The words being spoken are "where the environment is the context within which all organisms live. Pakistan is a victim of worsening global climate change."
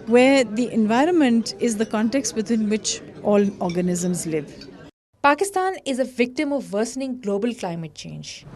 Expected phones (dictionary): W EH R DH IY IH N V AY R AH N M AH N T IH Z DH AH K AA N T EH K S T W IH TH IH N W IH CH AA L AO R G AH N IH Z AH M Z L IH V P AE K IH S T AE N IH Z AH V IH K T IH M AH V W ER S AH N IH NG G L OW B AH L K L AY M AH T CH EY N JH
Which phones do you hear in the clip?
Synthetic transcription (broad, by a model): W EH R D IY IH N V AY R AH N M AH N T IH Z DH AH K AA N T EH K S T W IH T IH N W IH CH AA L AO R G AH N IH Z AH M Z L IH V P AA K IH S T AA N IH Z AH V IH K T IH M AH V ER S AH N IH NG G L OW B AH L K L AY M AH T CH EY N JH